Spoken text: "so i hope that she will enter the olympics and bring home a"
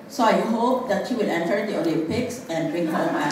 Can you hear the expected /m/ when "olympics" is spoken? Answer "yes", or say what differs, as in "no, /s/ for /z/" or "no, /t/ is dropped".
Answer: no, /m/ is dropped